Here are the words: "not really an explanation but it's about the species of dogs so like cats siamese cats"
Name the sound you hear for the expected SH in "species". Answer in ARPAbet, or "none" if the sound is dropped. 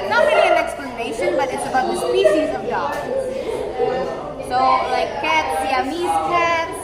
SH